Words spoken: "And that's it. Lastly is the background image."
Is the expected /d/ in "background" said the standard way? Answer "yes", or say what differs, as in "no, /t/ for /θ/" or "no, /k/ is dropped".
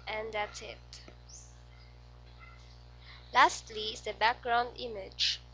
yes